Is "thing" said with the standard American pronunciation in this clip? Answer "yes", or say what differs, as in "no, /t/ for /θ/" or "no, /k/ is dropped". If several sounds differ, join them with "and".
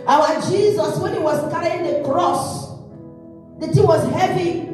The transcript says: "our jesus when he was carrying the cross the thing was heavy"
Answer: no, /t/ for /θ/